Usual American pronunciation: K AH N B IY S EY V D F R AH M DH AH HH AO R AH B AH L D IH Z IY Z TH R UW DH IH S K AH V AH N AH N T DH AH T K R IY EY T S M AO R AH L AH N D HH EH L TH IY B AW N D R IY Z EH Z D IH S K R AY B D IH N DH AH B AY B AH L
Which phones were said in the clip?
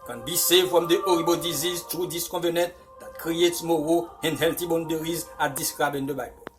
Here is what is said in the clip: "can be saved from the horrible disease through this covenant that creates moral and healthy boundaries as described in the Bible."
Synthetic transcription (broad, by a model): K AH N B IY S EY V F R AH M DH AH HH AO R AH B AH D IH Z IY Z T R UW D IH S K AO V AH N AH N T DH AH T K R IY EY T S M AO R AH AH N D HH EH L T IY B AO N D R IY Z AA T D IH S K R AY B IH N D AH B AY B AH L